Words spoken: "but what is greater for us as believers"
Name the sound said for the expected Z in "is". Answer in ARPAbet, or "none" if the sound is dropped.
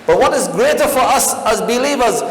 Z